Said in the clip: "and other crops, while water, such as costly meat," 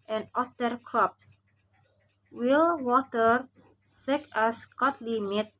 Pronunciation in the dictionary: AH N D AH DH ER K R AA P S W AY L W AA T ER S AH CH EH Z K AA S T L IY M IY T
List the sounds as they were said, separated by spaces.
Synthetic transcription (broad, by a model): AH N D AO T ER K R AA P S W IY L W AA T ER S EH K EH S K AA T L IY M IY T